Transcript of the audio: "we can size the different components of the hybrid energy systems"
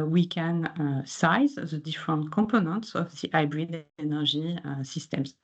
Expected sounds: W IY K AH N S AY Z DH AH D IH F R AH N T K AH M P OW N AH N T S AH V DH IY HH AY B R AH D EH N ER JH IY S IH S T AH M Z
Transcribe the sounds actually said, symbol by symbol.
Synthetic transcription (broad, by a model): W IY K AH N S AY Z DH AH D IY F R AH N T K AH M P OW N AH N T S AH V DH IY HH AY B R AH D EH N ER ZH IY S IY S T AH M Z